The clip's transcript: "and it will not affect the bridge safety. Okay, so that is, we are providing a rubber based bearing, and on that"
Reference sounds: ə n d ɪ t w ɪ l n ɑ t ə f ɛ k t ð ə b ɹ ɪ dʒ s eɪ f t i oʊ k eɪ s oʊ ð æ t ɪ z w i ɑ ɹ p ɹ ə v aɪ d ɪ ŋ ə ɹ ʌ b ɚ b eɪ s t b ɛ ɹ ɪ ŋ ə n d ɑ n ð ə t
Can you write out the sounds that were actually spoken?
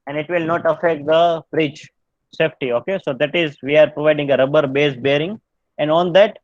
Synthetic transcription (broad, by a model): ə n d ɪ t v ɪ l n ɑ t ə f ɛ k t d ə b ɹ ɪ tʃ s eɪ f t i oʊ k eɪ s oʊ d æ t ɪ z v i ɑ ɹ p ɹ ə v aɪ d ɪ ŋ ə ɹ ʌ b ɚ b eɪ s b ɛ ɹ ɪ ŋ ə n d ɑ n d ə t